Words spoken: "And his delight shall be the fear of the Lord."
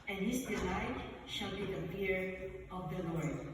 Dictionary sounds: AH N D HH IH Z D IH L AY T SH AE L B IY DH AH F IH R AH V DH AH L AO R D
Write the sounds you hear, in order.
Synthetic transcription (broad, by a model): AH N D HH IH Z D IH L AY T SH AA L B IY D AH P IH R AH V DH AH L AO R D